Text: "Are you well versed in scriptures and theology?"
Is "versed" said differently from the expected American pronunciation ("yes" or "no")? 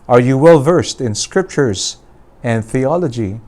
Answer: no